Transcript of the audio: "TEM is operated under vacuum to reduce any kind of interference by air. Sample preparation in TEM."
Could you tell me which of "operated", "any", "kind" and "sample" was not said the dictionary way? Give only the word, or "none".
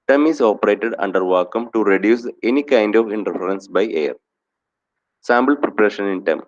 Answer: sample